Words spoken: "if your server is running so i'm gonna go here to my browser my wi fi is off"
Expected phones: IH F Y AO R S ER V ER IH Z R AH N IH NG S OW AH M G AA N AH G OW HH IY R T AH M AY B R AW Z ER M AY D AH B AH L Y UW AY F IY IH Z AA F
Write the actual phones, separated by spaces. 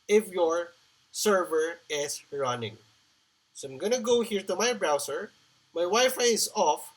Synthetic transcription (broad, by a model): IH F Y AO R S ER V ER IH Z R AH N IH NG S OW AH M G AA N AH G OW HH IY R T AH M AY B R AW S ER M AY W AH Y F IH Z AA F